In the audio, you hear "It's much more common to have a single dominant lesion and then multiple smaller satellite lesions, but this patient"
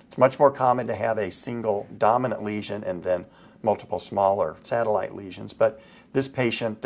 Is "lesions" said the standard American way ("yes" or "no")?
yes